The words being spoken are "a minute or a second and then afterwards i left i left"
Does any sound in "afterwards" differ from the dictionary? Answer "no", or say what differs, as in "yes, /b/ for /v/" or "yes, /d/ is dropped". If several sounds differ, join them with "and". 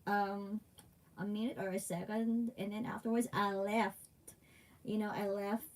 no